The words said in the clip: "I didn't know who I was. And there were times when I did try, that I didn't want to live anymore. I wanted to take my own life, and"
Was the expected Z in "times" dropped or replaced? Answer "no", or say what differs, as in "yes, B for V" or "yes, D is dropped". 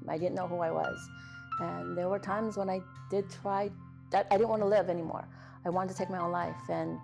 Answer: no